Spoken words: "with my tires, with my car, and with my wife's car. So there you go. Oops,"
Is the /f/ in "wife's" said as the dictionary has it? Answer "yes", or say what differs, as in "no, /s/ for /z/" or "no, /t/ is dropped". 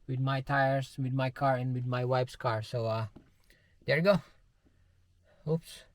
no, /p/ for /f/